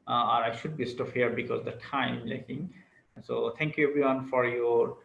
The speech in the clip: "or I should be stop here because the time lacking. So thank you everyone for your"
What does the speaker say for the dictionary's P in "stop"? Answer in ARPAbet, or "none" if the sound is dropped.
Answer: F